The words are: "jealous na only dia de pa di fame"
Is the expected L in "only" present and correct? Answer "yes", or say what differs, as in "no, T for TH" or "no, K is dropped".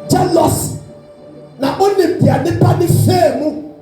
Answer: no, L is dropped